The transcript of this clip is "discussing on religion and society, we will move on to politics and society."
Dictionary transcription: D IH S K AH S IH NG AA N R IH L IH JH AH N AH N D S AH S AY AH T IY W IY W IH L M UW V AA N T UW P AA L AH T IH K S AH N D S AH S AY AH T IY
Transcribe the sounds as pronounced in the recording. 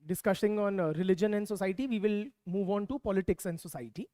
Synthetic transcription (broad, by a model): D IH S K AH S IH NG AA N R IH L IH JH AH N AH N D S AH S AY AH T IY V IY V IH L M UW V AA N T UW P AA L AH T IH K S AH N D S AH S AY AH T IY